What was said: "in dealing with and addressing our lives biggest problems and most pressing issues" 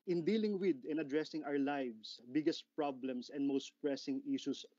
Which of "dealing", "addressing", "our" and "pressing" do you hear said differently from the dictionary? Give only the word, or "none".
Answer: none